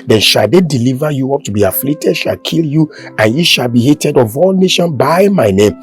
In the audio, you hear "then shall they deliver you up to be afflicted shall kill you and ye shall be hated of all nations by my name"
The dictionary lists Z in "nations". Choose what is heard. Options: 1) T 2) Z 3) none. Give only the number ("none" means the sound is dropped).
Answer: 3